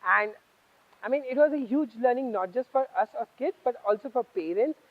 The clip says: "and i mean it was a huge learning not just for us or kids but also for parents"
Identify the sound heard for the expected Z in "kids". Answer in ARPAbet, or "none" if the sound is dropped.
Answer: none